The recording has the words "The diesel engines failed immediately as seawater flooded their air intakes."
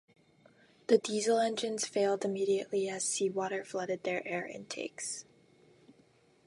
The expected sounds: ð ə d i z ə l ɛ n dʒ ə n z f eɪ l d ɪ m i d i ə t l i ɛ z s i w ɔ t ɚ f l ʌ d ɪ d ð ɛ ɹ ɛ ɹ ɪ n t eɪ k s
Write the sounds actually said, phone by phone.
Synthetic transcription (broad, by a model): ð ə d i z l ɛ n dʒ ə n z f eɪ l d ɪ m i d i ə t l i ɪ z s i w ɔ t ɚ f l ʌ d ɪ d ð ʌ ɹ ɛ ɹ ɪ n t eɪ k s